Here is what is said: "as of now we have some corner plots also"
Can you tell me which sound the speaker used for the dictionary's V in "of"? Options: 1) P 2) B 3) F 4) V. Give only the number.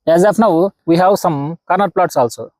1